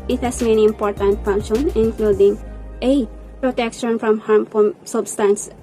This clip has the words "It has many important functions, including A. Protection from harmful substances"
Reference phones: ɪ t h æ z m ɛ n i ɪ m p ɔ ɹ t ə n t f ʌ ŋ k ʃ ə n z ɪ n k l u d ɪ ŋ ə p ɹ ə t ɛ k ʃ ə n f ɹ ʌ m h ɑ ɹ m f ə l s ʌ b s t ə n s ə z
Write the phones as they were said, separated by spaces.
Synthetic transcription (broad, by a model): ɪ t h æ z m ɛ n i ɪ m p ɔ ɹ t ə n t f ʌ ŋ k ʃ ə n ɪ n k l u d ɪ ŋ ə p ɹ ə t ɛ k ʃ ə n f ɹ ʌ m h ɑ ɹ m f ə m s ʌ b s t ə n s